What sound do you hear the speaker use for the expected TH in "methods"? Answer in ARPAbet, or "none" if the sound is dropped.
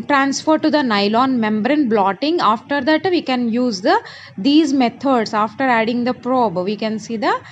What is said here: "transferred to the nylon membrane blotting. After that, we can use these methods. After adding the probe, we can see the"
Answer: T